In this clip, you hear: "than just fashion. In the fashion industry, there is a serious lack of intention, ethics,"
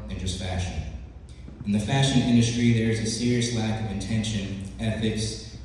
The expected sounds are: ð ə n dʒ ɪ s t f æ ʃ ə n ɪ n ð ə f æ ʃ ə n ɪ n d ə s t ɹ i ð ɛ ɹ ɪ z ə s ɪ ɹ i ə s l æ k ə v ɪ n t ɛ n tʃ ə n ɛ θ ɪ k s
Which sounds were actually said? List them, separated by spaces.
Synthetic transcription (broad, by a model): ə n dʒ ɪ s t f æ ʃ ə n ɪ n ð ə f æ ʃ ə n ɪ n d ə s t ɹ i ð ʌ ɹ ɪ z ə s ɪ ɹ i ə s l æ k ə v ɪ n t ɛ n ʃ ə n ɛ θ ɪ k s